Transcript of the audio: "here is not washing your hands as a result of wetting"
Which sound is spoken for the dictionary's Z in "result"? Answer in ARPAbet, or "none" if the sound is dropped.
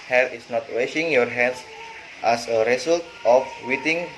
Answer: S